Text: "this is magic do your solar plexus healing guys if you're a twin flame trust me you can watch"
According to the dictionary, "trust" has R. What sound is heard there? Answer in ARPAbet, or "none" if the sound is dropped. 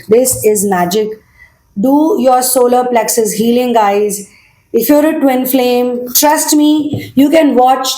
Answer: R